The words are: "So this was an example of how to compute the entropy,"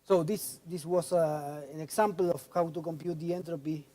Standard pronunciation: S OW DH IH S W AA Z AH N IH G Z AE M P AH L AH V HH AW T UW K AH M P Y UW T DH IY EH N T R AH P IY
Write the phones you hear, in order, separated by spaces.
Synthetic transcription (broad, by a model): S OW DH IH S W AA S AH N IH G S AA M P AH L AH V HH AW T UW K AH M P Y UW T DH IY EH N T R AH P IY